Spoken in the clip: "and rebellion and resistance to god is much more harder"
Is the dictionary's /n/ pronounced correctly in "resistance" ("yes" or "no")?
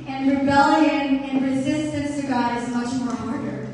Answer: yes